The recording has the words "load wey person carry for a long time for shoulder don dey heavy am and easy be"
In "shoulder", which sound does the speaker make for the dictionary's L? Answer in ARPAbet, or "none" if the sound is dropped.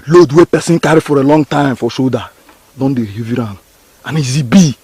none